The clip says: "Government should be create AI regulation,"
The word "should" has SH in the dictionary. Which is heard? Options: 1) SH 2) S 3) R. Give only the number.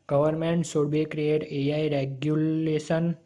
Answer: 2